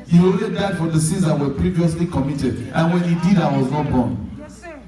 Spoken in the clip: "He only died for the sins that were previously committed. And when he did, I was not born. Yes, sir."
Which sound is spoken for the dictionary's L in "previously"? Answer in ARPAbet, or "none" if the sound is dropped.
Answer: L